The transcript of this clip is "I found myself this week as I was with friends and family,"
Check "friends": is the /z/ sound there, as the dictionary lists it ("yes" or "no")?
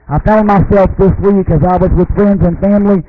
yes